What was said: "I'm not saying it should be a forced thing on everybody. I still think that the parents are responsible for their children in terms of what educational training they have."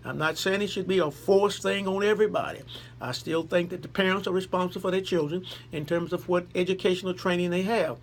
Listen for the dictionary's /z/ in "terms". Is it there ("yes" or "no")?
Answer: yes